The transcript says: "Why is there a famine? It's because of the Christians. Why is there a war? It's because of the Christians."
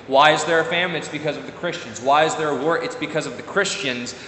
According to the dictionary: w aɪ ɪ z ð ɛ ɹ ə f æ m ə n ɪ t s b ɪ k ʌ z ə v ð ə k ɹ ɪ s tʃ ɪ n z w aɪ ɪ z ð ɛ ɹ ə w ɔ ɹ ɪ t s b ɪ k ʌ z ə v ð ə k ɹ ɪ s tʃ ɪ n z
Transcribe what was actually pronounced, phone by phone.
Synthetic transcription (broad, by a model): w aɪ ɪ z ð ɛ ɹ ə f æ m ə ɪ t s b ɪ k ʌ z ə v ð ə k ɹ ɪ s tʃ ɪ n z w aɪ ɪ z ð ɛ ɹ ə w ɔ ɹ ɪ t s b ɪ k ʌ z ə v ð ə k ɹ ɪ s tʃ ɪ n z